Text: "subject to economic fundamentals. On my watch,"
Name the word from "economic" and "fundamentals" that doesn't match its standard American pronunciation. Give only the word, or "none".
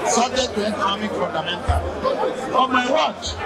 fundamentals